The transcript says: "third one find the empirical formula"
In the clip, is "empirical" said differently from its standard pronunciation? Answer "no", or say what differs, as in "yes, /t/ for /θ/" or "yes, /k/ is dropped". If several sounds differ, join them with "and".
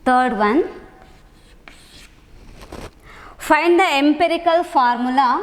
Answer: no